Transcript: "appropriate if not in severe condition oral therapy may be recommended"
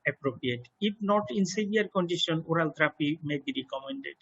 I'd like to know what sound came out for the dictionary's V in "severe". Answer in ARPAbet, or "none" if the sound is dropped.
B